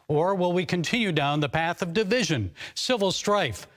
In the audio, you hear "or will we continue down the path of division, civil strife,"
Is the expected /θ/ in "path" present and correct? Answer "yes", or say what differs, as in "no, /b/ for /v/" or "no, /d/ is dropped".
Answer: yes